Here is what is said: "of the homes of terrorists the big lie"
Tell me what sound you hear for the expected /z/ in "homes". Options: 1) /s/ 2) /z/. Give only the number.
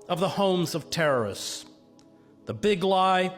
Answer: 2